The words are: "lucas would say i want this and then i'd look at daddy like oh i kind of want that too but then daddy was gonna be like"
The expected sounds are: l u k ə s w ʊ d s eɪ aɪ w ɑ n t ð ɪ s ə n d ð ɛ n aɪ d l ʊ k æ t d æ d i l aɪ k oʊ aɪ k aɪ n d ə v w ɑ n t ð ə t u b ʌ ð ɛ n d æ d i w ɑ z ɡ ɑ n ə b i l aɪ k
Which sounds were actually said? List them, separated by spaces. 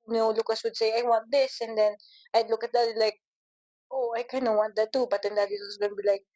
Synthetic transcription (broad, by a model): l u k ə s w ʊ d s eɪ aɪ w ɑ n t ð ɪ s ə n d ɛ n aɪ d l ʊ k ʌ t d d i l aɪ k oʊ aɪ k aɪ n ə w ɑ n t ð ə t u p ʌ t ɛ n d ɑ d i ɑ s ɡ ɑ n b i l aɪ k